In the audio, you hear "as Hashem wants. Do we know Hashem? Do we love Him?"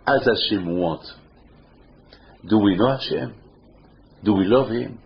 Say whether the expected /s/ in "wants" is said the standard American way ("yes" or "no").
no